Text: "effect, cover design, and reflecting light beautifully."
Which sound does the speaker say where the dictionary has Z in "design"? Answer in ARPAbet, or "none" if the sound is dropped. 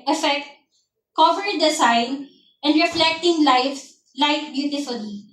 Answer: S